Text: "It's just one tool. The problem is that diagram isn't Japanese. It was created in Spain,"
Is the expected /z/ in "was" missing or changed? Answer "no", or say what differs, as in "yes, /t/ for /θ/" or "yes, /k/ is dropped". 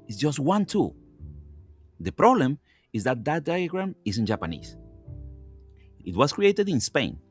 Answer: yes, /s/ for /z/